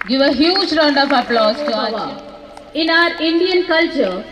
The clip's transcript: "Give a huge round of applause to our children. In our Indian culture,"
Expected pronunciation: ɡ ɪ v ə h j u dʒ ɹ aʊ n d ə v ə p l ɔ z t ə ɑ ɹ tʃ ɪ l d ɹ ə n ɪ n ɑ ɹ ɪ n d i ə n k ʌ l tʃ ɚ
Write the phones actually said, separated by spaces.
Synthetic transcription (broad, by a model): ɡ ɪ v ə h j u dʒ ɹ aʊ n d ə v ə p l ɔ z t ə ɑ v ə ɪ n ɑ ɹ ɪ n d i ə n k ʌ l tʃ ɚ